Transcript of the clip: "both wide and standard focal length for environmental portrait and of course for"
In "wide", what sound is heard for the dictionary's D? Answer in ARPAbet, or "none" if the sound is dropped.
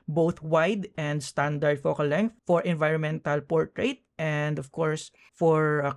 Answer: D